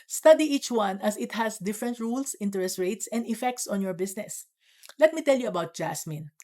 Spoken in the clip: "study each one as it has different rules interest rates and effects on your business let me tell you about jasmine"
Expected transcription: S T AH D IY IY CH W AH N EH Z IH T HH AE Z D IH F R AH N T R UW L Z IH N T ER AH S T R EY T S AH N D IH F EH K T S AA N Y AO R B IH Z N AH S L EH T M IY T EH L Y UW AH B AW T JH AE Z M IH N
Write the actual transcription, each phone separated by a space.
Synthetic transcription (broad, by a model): S T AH D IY IY CH W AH N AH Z IH T HH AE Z D IH F R AH N T R UW L S IH N T ER AH S T R EY T S AH N D IH F EH K T S AA N Y AO R B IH S N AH S L EH T M IY T EH L Y UW AH B AW T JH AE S M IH N